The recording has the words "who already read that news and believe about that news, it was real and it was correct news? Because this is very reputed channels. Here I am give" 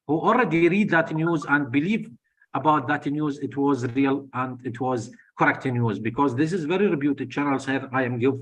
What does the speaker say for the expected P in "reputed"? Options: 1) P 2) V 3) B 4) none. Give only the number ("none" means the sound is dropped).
3